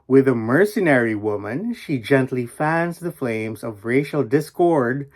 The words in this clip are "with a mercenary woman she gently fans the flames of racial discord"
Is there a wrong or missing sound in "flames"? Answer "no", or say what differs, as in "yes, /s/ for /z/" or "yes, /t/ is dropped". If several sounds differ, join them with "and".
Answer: no